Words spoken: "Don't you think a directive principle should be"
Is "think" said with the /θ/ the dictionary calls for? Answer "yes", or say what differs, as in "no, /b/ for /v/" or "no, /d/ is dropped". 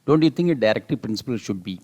no, /t/ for /θ/